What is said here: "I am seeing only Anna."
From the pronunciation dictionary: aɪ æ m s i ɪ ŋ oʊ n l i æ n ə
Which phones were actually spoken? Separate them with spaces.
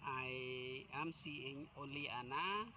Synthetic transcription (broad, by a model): aɪ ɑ m s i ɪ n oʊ l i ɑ n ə